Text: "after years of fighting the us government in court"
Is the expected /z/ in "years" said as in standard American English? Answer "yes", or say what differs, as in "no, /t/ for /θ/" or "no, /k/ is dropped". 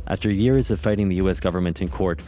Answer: yes